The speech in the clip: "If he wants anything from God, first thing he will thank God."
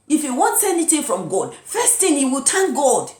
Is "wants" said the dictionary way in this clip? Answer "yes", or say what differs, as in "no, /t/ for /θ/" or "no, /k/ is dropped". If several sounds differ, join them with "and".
yes